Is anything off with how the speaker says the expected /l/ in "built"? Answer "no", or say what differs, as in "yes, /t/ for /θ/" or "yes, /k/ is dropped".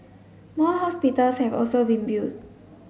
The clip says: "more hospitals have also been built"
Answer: yes, /l/ is dropped